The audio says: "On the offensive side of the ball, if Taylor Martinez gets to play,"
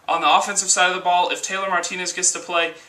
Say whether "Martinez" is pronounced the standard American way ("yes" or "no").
yes